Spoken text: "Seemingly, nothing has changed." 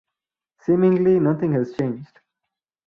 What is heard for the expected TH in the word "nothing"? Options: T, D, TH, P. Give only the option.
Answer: T